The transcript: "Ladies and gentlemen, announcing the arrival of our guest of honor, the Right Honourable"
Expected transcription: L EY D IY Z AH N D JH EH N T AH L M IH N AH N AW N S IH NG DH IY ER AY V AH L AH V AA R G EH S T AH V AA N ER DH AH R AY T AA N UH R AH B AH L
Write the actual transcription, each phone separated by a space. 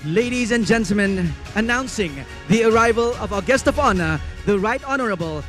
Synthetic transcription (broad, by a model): L EY D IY Z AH N JH EH N T L M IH N AH N AW N S IH NG DH IY ER AY V AH L AH V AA G EH S T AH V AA N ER DH AH R AY T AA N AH R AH B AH L